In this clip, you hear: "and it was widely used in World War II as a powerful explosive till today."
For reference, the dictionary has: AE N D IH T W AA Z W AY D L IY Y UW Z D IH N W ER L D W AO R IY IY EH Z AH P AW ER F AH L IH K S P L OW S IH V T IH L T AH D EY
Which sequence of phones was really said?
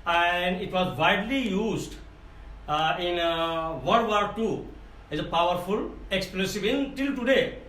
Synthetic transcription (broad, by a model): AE N D IH T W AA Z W AY D L IY Y UW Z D IH N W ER D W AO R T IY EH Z AH P AW ER F AH L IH K S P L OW S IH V T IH L T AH D EY